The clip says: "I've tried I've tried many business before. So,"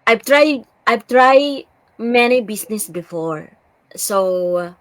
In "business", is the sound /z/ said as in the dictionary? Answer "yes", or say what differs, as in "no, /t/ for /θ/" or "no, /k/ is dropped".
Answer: no, /s/ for /z/